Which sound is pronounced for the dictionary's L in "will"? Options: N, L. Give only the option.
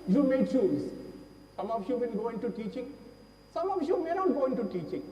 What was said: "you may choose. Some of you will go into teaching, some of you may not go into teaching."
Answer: N